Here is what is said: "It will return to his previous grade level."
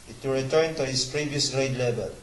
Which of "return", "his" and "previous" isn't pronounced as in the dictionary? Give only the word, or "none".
his